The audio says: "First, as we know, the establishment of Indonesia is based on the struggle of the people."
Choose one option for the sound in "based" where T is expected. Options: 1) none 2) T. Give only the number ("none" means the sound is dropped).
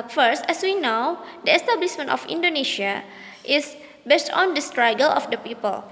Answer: 2